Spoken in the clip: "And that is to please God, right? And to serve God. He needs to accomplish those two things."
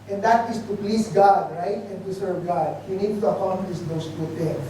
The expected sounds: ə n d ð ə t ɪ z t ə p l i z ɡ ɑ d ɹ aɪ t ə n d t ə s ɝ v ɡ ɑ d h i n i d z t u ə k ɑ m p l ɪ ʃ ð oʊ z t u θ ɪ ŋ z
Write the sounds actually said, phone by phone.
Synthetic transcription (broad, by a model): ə n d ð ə t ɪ s t ə p l i s ɡ ɑ d ɹ aɪ t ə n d t ə s ɝ v ɡ ɑ d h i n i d t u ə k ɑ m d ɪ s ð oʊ s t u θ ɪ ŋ